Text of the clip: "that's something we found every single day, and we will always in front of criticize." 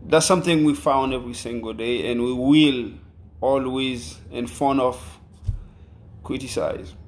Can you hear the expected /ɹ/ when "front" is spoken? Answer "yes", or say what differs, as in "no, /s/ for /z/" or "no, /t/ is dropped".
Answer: no, /ɹ/ is dropped